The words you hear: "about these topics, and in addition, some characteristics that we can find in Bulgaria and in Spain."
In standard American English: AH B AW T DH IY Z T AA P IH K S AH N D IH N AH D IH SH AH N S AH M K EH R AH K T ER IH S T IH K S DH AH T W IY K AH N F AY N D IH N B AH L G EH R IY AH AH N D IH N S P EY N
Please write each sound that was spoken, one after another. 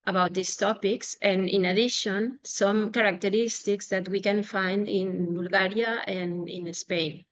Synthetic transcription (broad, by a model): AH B AW T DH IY S T AA P IH K S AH N IH N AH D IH SH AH N S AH M K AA R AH K T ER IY S T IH K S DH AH T W IY K AH N F AY N D IH N B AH L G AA R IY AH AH N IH N S P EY N